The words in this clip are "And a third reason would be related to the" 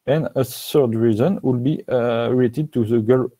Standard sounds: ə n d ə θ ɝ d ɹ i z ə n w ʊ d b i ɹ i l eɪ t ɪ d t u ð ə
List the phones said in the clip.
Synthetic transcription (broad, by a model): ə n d ə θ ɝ d ɹ i z ə n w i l b i ɹ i eɪ t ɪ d t u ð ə